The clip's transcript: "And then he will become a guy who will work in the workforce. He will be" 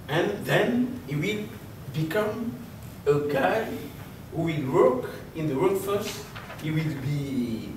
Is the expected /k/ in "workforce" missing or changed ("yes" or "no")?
yes